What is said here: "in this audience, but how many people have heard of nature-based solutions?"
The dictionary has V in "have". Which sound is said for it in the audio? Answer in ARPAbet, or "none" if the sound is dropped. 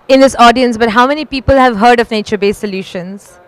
V